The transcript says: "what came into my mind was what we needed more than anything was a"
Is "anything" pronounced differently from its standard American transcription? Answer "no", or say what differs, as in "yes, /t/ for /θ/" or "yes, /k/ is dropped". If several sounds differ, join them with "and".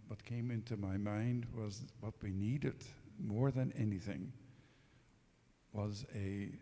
no